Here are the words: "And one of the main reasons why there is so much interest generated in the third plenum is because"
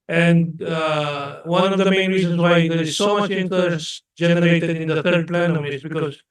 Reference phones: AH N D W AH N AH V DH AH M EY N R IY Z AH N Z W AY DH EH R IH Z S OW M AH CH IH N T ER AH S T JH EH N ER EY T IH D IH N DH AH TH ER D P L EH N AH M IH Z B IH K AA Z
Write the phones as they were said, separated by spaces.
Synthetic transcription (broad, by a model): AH N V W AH N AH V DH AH M EY N R IY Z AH N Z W AY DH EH R IH Z S OW M AH CH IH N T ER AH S JH EH N ER EY T IH D IH N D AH T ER D P L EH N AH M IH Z B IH K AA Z